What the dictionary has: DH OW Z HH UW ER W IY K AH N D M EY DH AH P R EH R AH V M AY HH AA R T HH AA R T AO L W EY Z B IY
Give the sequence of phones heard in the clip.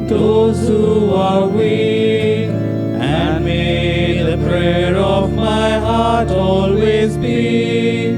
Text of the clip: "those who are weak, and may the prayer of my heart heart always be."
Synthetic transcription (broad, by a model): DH OW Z HH UW ER W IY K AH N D M EY DH AH P R EH R AH V M AY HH HH AA R T AO L W EY Z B IY